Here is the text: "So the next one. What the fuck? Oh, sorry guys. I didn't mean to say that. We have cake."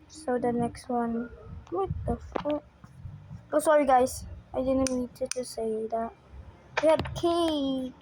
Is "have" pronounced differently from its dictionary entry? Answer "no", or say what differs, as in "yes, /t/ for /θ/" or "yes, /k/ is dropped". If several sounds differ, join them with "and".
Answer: yes, /b/ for /v/